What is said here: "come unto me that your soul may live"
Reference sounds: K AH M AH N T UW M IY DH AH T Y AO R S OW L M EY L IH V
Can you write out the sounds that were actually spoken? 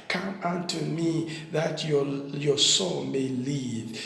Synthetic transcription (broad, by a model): K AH M AH N T UW M IY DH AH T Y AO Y S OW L M EY L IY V